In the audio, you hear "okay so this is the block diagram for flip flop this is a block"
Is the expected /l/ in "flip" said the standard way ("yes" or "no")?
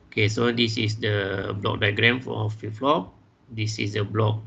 no